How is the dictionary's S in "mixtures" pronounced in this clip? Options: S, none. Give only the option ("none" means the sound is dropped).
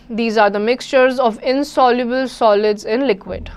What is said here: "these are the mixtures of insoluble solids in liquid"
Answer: S